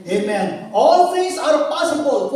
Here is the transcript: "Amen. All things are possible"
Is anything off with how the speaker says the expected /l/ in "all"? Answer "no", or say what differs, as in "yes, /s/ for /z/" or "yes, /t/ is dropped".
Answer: no